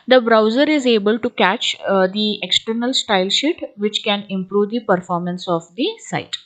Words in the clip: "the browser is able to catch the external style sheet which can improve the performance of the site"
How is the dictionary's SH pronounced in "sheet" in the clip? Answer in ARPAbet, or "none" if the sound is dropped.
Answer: SH